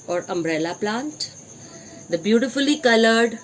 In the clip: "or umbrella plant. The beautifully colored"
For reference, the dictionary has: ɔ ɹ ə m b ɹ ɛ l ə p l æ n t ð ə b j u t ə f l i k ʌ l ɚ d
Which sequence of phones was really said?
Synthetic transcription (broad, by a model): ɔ ɹ ə m b ɹ ɛ l ə p l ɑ n t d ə b j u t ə f l i k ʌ l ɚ d